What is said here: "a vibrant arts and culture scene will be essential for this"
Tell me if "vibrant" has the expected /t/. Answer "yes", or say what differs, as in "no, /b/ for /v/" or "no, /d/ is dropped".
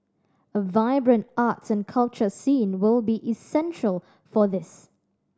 yes